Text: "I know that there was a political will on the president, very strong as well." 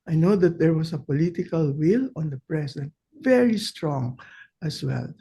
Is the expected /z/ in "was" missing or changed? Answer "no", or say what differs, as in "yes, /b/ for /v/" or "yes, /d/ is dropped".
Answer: yes, /s/ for /z/